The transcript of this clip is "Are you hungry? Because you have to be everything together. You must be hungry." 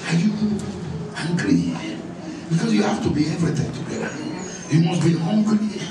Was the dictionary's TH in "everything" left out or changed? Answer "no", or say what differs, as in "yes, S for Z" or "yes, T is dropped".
yes, T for TH